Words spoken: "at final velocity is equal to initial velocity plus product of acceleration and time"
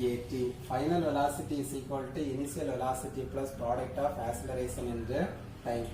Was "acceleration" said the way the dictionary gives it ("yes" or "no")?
no